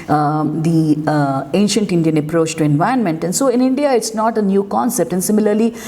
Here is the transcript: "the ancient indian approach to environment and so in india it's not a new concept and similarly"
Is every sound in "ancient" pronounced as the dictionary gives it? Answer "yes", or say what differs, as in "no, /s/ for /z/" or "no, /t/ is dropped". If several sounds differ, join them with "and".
yes